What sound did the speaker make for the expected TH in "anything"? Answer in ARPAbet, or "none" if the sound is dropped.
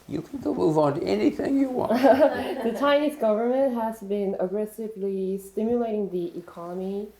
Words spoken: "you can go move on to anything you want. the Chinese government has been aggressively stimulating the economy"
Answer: TH